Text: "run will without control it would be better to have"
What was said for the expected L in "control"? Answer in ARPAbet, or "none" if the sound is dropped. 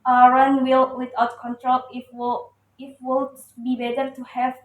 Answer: W